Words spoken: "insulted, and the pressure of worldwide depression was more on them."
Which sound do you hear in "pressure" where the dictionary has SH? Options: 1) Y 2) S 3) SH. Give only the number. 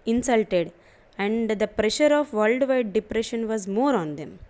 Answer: 3